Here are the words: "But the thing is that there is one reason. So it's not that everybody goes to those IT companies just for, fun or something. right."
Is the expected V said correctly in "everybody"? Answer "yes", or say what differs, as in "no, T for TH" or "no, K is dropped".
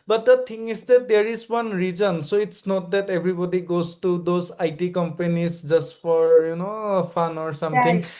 no, B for V